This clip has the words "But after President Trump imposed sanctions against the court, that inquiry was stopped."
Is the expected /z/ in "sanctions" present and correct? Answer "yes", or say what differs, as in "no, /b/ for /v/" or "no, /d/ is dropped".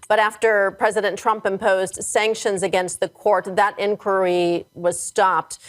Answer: yes